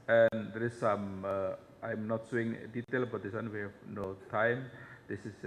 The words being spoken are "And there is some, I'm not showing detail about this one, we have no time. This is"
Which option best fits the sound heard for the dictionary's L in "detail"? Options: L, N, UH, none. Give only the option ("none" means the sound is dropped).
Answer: L